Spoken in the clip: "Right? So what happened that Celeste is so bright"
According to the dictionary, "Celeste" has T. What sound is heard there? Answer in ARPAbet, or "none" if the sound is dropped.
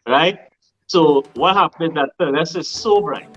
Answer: none